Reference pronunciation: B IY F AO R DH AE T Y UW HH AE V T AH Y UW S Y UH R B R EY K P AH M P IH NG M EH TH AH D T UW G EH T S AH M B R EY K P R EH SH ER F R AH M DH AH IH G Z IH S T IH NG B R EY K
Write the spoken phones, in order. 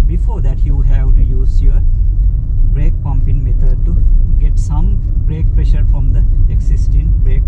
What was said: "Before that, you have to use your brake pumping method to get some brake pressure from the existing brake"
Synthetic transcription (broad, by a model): B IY F AO R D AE T Y UW HH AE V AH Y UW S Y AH R B R EY K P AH M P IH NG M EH T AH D T UW G EH T S AH M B R EY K P R EH SH ER F R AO M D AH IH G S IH S T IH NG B R EY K